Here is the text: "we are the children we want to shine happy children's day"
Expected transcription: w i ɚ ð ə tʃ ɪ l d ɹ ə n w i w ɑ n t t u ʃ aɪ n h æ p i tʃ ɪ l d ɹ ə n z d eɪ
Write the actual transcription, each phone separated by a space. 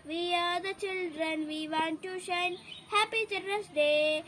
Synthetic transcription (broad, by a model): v i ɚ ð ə tʃ ɪ l d ɹ ə n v i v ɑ n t t u ʃ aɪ n h æ p i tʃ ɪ d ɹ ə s d eɪ